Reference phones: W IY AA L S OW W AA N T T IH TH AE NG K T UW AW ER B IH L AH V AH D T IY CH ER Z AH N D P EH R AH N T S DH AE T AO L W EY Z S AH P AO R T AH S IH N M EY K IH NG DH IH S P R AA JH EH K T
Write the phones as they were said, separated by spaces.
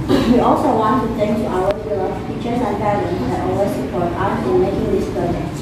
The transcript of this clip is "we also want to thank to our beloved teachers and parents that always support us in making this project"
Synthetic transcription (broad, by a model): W IY AA L S OW W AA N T T IH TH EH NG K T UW AW ER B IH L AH F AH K CH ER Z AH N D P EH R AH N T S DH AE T AO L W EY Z S AH P AO R T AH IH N M EY K IH NG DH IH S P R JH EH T